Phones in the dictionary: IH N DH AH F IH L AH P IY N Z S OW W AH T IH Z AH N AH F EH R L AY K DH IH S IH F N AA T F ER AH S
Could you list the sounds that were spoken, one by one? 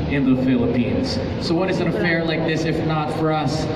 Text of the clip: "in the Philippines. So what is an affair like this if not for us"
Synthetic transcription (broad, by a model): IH N DH AH F IH L AH P IY N Z S OW W AH T IH Z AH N AH F EH R L AY K DH IH S IH F N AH T F ER AH S